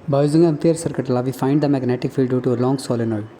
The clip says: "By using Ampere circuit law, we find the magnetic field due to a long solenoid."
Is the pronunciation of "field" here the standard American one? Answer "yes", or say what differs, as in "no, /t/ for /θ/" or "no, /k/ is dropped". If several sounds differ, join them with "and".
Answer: yes